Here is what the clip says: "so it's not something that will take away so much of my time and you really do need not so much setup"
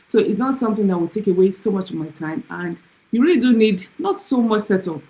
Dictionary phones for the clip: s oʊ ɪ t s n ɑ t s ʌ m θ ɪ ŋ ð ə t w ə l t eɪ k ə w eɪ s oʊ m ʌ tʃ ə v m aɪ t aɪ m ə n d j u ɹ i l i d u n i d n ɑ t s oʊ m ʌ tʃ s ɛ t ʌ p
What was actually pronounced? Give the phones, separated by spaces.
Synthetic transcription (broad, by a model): s oʊ ɪ t s n ɑ t s ʌ m θ ɪ ŋ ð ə t w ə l t eɪ k ə w eɪ s oʊ m ʌ tʃ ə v m aɪ t aɪ m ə n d j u ɹ i l i d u n i d n ɑ t s oʊ m ʌ tʃ s ɛ t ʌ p